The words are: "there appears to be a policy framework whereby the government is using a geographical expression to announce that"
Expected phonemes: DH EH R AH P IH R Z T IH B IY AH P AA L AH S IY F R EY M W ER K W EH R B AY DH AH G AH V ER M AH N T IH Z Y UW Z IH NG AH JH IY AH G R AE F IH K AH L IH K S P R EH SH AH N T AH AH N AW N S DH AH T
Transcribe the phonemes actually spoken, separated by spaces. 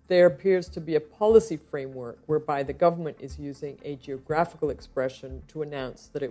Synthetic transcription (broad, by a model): DH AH R AH P IH R Z T IH B IY AH P AA L AH S IY F R EY M W ER K W EH R B AY DH AH G AH V ER M AH N T IH Z Y UW Z IH NG AH JH IY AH G R AE F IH K L IH K S P R EH SH AH N T AH AH N AW N S DH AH T